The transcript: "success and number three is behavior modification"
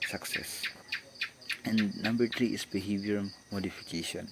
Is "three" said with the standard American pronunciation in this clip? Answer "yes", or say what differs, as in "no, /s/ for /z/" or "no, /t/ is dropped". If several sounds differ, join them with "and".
no, /t/ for /θ/